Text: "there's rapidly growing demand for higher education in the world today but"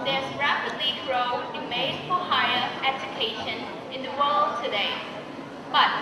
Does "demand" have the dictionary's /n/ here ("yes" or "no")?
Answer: no